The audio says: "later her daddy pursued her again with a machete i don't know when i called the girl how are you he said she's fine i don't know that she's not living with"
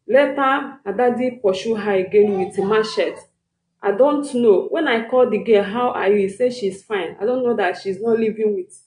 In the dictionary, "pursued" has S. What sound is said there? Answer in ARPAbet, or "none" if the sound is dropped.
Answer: SH